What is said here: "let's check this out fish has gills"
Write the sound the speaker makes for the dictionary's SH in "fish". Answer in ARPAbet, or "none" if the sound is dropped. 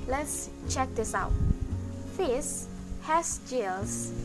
S